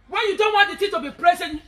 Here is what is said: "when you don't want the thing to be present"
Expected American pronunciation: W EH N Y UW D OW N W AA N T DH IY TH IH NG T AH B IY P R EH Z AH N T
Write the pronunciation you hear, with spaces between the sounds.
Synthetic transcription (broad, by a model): W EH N Y UW D OW N W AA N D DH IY T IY T AH B IY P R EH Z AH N